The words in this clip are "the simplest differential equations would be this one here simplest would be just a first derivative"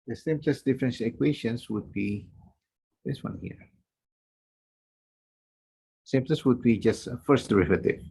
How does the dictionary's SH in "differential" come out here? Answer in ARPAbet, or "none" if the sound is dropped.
S